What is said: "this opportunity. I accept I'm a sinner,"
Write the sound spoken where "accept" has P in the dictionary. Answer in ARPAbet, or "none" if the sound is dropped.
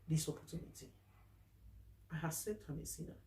none